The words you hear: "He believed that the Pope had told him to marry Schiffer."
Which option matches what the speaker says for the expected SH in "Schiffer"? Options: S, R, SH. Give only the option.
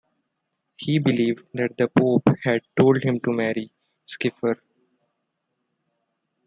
S